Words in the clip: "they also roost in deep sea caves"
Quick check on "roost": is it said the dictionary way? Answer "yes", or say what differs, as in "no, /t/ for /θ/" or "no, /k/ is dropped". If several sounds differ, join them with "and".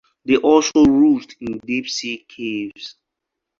no, /s/ is dropped